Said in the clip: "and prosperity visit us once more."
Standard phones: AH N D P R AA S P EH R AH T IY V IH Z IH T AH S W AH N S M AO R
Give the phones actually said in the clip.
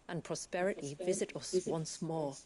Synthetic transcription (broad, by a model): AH N P R AA S P EH R AH T IY V IH Z IH T AH S W AH N S M AO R